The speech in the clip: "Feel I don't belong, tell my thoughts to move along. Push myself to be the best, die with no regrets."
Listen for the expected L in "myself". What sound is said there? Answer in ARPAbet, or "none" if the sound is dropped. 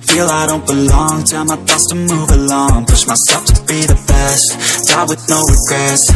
none